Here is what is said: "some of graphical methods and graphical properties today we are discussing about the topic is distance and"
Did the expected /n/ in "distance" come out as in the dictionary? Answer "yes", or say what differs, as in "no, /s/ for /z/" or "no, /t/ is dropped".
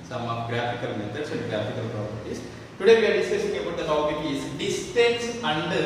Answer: no, /n/ is dropped